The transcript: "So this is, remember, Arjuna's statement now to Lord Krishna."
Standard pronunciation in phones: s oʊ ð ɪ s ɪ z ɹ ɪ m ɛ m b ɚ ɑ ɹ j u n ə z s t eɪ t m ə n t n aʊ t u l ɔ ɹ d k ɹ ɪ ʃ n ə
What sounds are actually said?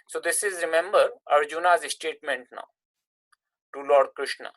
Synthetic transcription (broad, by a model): s oʊ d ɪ s ɪ z ɹ ɪ m ɛ m b ɚ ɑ ɹ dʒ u n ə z s t eɪ t m ə n t n aʊ t u l ɔ ɹ d k ɹ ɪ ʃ n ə